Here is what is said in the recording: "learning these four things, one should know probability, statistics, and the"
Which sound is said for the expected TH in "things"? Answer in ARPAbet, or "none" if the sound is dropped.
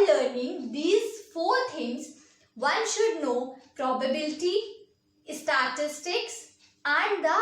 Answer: T